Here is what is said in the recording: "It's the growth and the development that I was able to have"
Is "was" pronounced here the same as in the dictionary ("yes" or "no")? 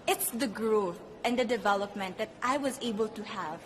yes